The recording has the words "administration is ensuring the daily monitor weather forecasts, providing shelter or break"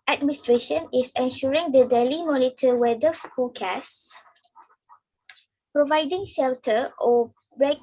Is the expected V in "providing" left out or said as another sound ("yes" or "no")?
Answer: no